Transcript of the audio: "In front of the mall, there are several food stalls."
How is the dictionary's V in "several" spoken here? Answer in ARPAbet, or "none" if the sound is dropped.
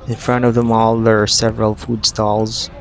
V